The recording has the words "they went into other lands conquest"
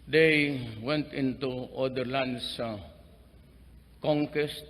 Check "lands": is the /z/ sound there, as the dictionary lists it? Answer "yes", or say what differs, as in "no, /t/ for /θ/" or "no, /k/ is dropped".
no, /s/ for /z/